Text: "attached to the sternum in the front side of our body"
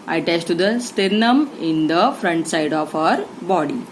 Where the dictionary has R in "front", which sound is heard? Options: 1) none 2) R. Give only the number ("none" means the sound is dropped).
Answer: 2